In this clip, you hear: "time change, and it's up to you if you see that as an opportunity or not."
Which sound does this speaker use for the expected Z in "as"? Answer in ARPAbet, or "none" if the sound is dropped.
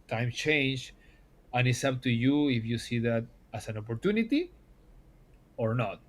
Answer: S